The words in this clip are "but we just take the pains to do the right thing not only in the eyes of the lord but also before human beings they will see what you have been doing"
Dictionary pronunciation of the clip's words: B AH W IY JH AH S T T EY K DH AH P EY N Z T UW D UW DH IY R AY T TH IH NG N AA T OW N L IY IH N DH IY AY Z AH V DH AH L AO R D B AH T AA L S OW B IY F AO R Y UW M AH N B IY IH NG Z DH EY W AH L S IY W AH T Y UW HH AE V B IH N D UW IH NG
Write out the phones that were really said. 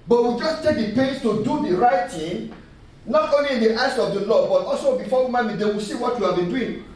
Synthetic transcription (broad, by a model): B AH W IY JH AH S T T EY K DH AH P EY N S T UW D UW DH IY R AY T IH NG N AA T OW N L IY IH N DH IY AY S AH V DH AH L AO B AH T AA L S OW B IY F AO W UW M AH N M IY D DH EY W AH L S IY W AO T Y UW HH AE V B IH N D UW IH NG